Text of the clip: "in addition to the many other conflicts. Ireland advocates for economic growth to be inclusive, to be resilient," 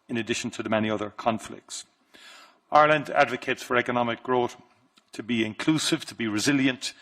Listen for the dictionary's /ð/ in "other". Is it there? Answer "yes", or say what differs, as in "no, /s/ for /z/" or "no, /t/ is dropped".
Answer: yes